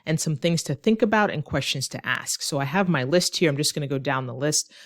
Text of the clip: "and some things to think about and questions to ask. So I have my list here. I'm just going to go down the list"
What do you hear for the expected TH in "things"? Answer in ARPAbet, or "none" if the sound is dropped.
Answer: TH